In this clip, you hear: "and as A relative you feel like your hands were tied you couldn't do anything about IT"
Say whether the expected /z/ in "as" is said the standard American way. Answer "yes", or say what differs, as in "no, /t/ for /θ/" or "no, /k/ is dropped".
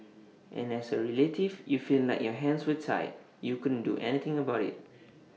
no, /s/ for /z/